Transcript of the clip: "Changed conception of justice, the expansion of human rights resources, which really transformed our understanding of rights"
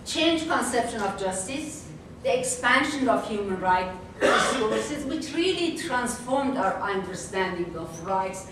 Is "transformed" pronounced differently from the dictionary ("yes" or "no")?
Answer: no